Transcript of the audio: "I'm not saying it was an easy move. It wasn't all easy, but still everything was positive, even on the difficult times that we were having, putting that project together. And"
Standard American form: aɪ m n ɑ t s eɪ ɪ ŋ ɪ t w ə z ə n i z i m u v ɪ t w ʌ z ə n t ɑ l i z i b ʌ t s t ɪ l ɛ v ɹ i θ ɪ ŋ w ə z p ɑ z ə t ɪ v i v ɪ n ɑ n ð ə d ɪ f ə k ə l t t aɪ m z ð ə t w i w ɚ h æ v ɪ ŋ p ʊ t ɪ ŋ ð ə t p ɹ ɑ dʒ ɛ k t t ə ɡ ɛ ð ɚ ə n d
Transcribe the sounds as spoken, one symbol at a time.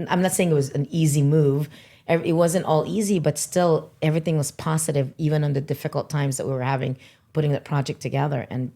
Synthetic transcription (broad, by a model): aɪ m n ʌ t s eɪ ɪ ŋ ɪ t w ə z ə n i z i m u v ɪ t w ʌ z ə n t ɑ l i z i b ʌ t s t ɪ l ɛ v ɹ i θ ɪ ŋ w ə z p ɑ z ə t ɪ v i v ɪ n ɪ n ð ə d ɪ f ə k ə l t t aɪ m z ð ə t w i w ɚ h æ v ɪ ŋ p ʊ t ɪ ŋ ð ə t p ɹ ɑ dʒ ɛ k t t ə ɡ ɛ ð ɚ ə n